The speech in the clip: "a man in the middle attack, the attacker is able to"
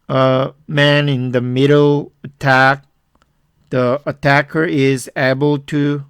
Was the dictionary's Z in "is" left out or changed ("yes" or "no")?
no